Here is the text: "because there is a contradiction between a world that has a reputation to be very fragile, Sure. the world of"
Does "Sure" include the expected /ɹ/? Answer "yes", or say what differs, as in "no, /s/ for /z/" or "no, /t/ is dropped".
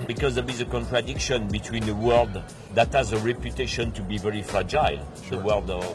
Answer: no, /l/ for /ɹ/